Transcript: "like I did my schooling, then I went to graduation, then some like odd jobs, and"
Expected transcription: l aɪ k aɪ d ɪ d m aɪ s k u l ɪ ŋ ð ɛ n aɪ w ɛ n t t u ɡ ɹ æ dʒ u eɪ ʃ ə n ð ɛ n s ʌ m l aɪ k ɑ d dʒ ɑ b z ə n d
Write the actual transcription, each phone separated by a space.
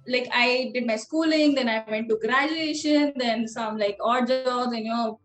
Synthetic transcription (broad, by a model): l aɪ k aɪ d ɪ d m aɪ s k u l ɪ ŋ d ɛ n aɪ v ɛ n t t u ɡ ɹ æ dʒ u eɪ ʃ ə n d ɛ n s ʌ m l aɪ k ɑ d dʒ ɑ z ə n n